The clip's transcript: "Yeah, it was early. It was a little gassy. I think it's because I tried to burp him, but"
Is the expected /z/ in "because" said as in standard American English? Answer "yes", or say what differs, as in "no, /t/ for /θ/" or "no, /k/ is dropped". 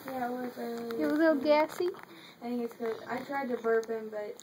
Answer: no, /z/ is dropped